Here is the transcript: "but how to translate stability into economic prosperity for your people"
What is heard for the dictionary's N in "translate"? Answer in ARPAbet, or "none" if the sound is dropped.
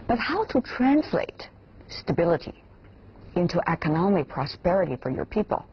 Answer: N